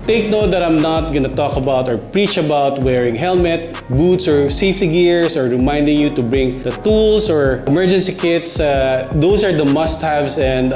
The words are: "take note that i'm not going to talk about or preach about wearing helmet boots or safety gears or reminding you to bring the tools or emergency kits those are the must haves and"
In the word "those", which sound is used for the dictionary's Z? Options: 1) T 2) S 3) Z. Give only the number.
2